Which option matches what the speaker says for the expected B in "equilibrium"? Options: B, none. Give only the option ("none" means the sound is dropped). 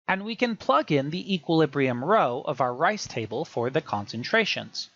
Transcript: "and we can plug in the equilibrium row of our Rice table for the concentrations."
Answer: B